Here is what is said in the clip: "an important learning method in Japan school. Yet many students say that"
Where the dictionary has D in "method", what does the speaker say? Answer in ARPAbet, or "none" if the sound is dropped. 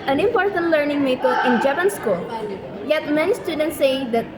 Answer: none